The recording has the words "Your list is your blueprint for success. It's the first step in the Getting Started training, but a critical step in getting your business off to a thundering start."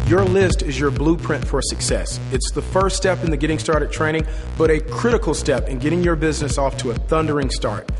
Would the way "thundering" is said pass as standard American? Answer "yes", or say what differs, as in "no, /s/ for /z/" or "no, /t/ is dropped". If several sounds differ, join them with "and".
yes